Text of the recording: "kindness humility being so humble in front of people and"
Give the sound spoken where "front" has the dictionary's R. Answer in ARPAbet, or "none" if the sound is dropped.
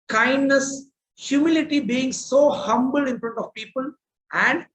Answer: R